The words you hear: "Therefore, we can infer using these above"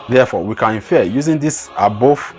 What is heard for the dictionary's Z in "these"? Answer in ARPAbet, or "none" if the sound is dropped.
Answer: S